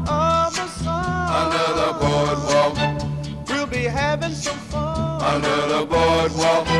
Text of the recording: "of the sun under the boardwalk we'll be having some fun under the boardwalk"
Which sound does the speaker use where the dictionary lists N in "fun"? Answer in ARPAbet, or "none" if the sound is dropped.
none